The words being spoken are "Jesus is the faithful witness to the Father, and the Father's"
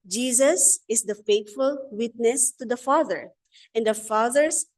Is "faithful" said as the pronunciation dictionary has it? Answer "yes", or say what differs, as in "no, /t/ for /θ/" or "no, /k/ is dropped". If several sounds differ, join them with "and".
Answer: no, /t/ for /θ/